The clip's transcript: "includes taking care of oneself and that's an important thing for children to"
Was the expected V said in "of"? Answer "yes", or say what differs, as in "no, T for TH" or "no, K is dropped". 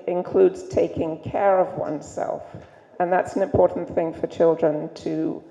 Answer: yes